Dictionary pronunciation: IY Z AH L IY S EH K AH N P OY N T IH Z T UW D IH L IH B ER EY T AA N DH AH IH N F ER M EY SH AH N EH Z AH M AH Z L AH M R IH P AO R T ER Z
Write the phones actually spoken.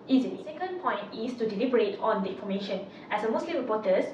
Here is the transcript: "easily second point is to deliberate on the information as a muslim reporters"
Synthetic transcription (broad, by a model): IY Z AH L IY S EH K AH N P OY N T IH S T UW D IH L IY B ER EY T AA N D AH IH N F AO M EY SH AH N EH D AH M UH S L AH M R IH P AO T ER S